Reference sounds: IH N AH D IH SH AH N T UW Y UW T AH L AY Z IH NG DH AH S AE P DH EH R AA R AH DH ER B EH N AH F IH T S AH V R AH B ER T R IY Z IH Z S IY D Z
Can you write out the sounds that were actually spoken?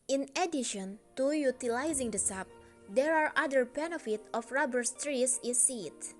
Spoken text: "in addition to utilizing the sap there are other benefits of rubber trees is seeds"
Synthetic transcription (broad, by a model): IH N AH D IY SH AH N T UW Y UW T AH L AY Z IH NG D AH S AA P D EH R AA R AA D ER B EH N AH F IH T AH F R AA B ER T R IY S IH S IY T